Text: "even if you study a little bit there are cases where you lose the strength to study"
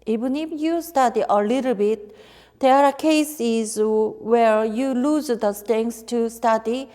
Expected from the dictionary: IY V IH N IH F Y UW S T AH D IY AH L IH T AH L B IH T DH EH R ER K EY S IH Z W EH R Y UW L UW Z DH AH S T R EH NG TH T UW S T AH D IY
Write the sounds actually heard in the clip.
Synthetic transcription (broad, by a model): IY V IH N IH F Y UW S T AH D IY AH L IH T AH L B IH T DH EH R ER K EY S IH Z W EH R Y UW L UW Z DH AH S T EH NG S T UW S T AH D IY